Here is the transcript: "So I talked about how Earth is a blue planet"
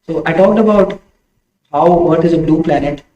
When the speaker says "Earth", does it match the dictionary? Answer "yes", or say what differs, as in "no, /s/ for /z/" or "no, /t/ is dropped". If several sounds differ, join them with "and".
no, /t/ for /θ/